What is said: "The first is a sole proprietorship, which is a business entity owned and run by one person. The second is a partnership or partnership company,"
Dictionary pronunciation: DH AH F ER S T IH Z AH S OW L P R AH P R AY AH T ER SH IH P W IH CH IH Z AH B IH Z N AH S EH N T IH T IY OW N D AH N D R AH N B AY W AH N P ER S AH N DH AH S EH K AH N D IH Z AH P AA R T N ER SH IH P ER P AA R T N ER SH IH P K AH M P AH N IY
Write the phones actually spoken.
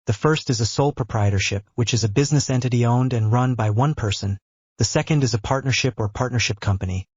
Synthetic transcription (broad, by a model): DH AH F ER S T IH Z AH S OW L P R AH P R AY AH T ER SH IH P W IH CH IH Z AH B IH Z N AH S EH N T IH T IY OW N D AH N R AH N B AY W AH N P ER S AH N DH AH S EH K AH N D IH Z AH P AA R T N ER SH IH P ER P AA R T N ER SH IH P K AH M P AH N IY